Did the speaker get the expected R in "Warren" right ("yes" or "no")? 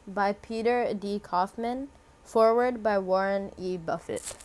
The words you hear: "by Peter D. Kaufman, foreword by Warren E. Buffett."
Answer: yes